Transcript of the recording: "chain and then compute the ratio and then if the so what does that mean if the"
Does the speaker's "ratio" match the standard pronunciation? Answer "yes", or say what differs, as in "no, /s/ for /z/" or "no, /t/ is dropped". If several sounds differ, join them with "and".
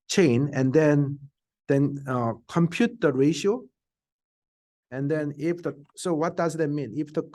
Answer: yes